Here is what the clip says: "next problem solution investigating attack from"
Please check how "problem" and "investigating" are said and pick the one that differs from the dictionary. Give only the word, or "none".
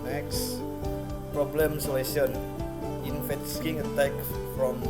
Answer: investigating